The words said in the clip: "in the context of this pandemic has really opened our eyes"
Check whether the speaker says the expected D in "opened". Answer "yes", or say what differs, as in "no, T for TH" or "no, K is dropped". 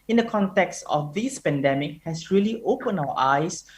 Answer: no, D is dropped